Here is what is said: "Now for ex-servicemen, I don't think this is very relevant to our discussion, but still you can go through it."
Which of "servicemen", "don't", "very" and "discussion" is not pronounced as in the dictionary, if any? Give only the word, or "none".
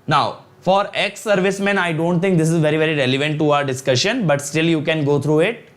none